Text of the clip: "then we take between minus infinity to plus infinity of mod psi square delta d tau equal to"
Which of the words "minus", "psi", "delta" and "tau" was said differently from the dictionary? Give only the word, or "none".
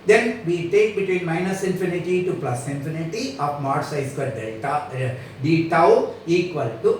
delta